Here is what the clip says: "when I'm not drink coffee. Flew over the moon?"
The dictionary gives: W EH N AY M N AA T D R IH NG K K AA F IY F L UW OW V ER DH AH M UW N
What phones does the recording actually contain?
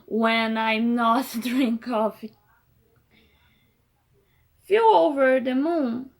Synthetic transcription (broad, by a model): W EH N AY M N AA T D R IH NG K K AA F IY F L OW V ER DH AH M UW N